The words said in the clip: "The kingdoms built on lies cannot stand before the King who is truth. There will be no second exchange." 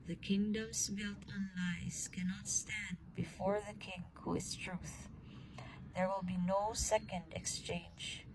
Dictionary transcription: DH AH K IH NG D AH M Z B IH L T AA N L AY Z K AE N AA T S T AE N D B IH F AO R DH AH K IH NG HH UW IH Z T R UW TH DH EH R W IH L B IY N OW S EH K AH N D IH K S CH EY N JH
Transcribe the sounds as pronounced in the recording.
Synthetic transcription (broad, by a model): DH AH K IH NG D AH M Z B IH L T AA N L AY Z K AE N AA T S T AE N D B IH F AO R DH AH K IH NG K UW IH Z T R UW TH DH EH R W IH L B IY N OW S EH K AH N D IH K S CH EY N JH